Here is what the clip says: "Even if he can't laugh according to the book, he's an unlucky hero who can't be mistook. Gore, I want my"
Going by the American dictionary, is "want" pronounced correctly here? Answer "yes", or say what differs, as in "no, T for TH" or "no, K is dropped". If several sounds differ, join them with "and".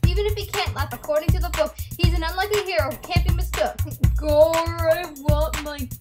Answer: no, N is dropped